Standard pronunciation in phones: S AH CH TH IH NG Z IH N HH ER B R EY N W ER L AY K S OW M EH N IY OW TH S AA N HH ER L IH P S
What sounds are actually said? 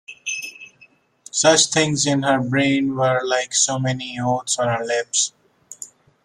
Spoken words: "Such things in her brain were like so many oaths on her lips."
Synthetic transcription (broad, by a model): S AH CH T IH NG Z IH N HH ER B R EY N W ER L AY K S OW M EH N IY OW T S AA N HH ER L IH P S